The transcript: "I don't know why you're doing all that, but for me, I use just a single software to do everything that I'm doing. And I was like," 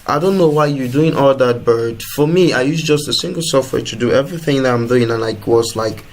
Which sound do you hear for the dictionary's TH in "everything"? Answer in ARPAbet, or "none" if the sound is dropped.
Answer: TH